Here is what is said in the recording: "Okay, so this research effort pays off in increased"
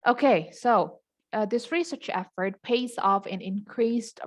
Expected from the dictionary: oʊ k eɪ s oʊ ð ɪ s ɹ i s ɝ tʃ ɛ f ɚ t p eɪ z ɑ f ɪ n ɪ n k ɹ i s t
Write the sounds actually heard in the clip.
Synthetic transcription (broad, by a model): oʊ k eɪ s oʊ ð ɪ s ɹ i s ɝ tʃ ɛ f ɚ t p eɪ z ɑ f ɪ n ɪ n k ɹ i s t